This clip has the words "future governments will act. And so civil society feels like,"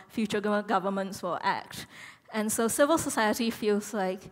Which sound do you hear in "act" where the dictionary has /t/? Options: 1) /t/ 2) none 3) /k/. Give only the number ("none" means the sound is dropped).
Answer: 1